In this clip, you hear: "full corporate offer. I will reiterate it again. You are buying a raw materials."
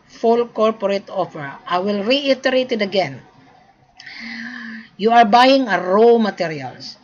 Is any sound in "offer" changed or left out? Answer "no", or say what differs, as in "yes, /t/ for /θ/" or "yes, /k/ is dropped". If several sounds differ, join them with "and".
yes, /p/ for /f/